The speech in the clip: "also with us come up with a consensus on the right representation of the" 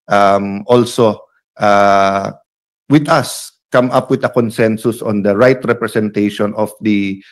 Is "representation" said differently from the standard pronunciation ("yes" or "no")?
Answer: yes